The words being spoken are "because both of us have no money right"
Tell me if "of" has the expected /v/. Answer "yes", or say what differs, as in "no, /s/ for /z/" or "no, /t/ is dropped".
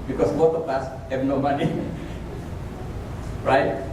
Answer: no, /p/ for /v/